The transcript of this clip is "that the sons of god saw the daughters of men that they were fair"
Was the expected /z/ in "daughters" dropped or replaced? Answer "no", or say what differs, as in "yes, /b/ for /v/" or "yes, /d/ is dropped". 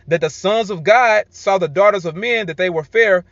no